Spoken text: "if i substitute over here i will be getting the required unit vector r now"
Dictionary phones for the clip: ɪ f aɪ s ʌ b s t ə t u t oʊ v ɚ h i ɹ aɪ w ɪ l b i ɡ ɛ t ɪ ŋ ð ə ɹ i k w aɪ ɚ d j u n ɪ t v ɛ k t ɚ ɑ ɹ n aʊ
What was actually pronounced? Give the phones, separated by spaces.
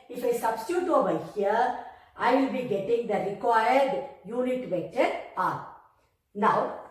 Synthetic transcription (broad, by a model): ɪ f aɪ s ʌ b s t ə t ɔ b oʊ ɪ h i ɹ aɪ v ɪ l b i ɡ ɛ t ɪ ŋ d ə ɹ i k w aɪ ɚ d j u n ɪ t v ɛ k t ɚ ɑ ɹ n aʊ